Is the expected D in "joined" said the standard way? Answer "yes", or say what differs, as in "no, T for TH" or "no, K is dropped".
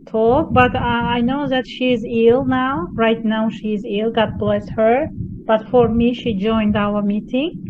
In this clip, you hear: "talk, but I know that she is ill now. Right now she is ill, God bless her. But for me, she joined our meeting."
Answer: yes